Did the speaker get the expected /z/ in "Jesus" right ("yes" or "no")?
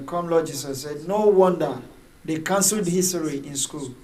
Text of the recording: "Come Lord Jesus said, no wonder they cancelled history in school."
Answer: no